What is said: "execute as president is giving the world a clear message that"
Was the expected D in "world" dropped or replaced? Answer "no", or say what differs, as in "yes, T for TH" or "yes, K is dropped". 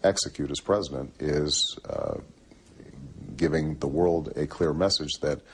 no